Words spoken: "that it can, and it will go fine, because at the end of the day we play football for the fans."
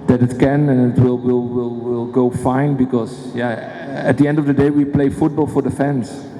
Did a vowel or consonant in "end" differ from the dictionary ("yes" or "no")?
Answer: no